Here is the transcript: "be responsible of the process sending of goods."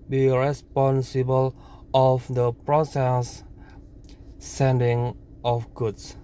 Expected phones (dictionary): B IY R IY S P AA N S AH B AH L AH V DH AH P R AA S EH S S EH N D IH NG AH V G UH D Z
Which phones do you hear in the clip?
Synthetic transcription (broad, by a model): B IY R IY S P AA N S AH B AH L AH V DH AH P R AA S EH S S EH N D IH NG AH F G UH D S